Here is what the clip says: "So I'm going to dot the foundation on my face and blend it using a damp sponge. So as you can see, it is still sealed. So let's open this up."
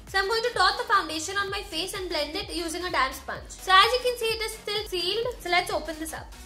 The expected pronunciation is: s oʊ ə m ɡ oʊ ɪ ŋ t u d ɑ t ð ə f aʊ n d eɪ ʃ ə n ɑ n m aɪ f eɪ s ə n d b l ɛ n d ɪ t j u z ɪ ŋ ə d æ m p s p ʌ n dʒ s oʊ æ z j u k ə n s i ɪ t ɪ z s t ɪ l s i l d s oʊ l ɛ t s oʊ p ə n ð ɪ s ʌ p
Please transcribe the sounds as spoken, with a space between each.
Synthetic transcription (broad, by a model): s ə m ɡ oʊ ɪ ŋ t u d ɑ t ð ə f aʊ n d eɪ ʃ ə n ɑ n m aɪ f eɪ s ə n d b l ɛ n d ɪ t j u z ɪ ŋ ə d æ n s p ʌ n tʃ s oʊ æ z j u k ə n s i ɪ t ɪ z s t ɪ l s i l d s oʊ l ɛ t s oʊ p ə n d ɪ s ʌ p